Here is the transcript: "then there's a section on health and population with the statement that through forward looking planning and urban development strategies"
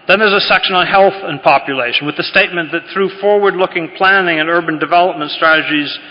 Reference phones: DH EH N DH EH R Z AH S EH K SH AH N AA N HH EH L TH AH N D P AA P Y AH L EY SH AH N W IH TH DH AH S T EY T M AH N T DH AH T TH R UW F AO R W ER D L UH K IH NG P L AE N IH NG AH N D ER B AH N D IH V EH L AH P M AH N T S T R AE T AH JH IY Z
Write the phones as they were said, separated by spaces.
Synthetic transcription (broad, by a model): DH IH N DH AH R Z AH S EH K SH AH N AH N HH EH L TH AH N P AA P Y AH L EY SH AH N W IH DH AH S T EY T M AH N DH AH T TH R UW F AO R W ER D L UH K IH NG P L AE N IH NG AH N ER B AH N D IH V EH L AH P M AH N T S T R AE T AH JH IY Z